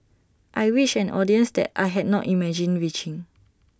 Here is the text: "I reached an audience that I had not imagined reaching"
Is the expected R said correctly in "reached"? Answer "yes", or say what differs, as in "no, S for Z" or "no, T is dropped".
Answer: no, W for R